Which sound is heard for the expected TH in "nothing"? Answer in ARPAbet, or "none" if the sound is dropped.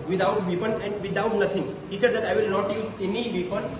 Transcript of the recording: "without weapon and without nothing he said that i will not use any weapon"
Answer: T